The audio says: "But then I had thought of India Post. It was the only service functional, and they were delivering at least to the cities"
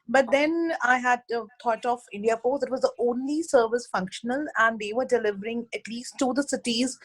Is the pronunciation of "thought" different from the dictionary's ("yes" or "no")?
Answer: yes